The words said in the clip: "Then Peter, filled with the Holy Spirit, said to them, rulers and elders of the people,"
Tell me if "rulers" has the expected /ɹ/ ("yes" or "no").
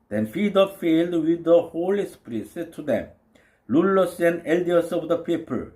no